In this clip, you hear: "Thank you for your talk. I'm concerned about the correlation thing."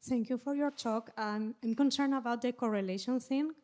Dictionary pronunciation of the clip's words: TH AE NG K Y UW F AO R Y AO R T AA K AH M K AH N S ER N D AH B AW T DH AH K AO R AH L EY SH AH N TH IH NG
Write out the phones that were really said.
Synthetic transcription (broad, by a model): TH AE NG K Y UW F AO R Y AO R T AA K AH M K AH N S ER N AH B AW T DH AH K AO R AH L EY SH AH N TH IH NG